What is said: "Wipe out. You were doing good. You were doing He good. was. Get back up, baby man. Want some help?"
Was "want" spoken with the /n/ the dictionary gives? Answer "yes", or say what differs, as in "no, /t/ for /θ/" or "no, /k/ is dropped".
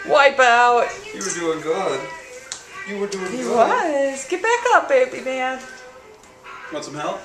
no, /n/ is dropped